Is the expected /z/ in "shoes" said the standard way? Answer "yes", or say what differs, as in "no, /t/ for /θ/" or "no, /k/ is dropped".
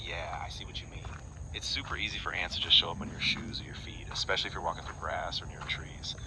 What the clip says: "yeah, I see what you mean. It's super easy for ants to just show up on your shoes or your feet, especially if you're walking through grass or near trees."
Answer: yes